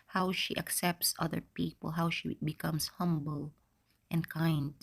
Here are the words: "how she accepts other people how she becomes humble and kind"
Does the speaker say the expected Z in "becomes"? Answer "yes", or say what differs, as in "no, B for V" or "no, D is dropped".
no, S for Z